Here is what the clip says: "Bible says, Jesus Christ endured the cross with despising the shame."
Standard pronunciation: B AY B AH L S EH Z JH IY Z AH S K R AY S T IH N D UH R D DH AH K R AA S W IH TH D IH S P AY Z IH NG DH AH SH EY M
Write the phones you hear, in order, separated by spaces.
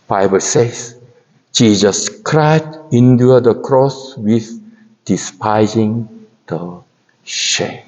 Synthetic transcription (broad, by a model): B AY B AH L S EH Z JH IY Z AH S K R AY T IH N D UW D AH K R AA S W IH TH D IH S P AY Z IH NG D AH SH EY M